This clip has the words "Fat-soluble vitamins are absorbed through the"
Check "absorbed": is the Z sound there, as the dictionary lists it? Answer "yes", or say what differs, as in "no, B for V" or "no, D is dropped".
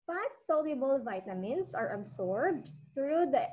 no, S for Z